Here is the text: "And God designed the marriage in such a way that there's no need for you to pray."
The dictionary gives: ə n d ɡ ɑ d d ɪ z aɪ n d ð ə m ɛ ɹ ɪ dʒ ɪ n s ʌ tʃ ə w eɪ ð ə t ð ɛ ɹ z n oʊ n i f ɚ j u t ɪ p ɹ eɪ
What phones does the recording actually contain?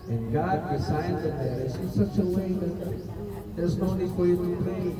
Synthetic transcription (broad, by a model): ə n ɡ ɑ d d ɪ s aɪ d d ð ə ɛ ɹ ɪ z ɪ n s ʌ tʃ ə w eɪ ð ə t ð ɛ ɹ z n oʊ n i f ɚ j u t ɪ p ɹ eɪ